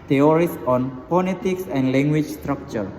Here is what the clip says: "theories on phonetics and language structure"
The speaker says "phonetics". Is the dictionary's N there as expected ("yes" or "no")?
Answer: no